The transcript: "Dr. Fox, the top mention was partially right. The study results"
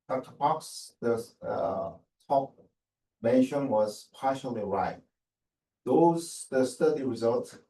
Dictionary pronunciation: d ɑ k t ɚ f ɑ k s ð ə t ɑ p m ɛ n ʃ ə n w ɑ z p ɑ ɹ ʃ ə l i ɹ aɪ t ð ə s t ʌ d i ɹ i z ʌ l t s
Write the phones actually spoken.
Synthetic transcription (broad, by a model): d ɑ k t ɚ p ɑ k s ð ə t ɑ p m ɛ n ʃ ə n w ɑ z p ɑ ʃ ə l i ɹ aɪ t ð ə s t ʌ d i ɹ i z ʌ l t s